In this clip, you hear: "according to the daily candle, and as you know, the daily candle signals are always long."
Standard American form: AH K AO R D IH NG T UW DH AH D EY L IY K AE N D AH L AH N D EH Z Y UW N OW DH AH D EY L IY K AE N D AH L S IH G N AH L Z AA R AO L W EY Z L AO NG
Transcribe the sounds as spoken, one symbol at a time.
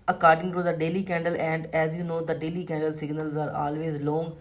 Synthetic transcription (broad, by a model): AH K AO R D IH NG T UW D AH D EY L IY K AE N D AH L AH N D EH Z Y UW N OW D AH D EY L IY K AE N D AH L S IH G N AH L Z AA R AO L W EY Z L AO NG